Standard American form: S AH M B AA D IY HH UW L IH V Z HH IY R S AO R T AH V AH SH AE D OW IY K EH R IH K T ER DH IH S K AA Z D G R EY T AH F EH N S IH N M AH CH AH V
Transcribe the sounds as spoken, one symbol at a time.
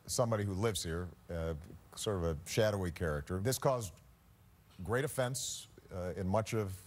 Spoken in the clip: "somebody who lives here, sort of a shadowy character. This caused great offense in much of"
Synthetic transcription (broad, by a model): S AH M B AA D IY HH UW L IH V Z HH IY R S AO R T AH V AH SH AE D OW IY K EH R IH K T ER DH IH S K AA Z G R EY T AH F EH N S IH N M AH CH AH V